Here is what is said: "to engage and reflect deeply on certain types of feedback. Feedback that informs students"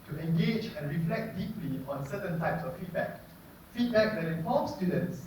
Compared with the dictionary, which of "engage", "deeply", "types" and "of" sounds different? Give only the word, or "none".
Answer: of